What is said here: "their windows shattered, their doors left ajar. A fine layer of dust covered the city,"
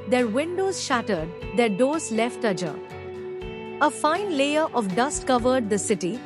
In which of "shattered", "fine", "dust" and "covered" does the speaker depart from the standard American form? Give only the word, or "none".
none